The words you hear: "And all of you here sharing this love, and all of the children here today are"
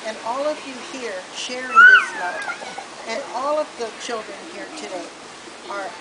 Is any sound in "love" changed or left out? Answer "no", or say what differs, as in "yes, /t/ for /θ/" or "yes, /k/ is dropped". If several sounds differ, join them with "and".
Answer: yes, /v/ is dropped